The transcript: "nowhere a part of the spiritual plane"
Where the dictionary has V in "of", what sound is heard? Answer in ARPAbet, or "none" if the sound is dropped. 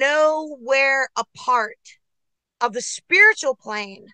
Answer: V